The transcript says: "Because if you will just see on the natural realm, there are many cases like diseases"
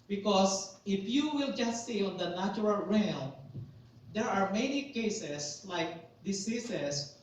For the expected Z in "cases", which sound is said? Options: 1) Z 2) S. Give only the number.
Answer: 2